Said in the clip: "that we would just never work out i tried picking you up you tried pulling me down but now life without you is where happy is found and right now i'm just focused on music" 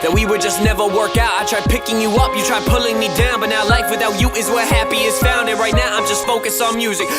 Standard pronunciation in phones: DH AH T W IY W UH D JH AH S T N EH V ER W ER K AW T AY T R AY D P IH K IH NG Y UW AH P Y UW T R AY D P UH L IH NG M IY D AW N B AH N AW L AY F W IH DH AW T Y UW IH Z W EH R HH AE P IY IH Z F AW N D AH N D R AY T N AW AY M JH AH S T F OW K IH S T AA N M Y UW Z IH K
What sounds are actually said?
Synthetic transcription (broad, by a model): DH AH T W IY W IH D JH AH S N EH V ER W ER K AW T AY T R AY D P IH K IH NG Y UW AH P Y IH T R AY D P UH L IH NG M IY D AW N B AH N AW L AY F W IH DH AW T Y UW IH Z W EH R HH AE P IY IH Z F AW N D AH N R AY T N AW AY M JH AH S T F OW K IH S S N M Y UW Z IH K